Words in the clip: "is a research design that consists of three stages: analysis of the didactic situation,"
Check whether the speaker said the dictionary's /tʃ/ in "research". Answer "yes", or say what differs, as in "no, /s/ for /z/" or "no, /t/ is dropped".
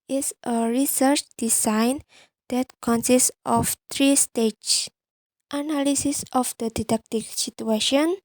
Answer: yes